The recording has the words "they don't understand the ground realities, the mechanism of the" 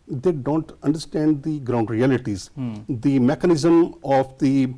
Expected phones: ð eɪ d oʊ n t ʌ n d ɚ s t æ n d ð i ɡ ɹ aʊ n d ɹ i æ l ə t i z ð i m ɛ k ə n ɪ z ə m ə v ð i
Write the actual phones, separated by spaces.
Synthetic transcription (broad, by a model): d eɪ d oʊ n t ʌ n d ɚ s t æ n d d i ɡ ɹ aʊ n d ɹ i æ l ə t i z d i m ɛ k ə n ɪ z ə m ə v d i